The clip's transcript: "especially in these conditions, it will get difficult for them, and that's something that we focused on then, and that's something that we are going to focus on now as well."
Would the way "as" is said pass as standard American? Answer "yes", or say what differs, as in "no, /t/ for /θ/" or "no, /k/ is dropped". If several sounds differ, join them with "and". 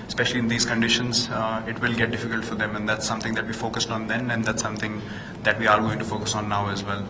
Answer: yes